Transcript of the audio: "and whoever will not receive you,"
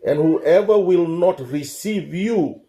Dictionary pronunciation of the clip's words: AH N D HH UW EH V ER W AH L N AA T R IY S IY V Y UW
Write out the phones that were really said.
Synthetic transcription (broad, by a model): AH N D HH UW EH V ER W AH L N AA T R IY S IY V Y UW